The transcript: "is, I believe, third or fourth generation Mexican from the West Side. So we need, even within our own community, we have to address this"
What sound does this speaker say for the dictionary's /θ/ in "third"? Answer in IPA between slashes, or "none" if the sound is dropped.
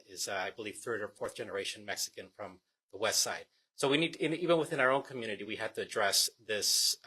/θ/